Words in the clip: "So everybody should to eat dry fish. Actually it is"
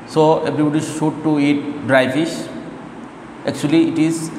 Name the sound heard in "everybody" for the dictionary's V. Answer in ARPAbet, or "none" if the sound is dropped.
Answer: B